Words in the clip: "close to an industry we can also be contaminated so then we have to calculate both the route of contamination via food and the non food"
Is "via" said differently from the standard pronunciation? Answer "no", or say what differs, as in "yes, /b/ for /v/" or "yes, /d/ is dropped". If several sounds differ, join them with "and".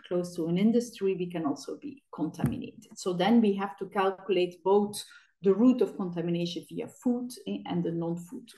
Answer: no